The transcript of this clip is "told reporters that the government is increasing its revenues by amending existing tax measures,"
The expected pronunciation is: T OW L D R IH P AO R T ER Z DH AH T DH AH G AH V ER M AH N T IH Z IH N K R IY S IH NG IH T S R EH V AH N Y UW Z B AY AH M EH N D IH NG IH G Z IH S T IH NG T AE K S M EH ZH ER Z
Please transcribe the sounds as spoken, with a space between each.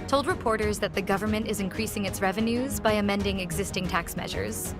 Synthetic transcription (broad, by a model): T OW L D R IH P AO R T ER Z DH AH T DH AH G AH V ER M AH N T IH Z IH N K R IY S IH NG IH T S R EH V AH N Y UW Z B AY AH M EH N D IH NG IH G Z IH S T IH NG T AE K S M EH ZH ER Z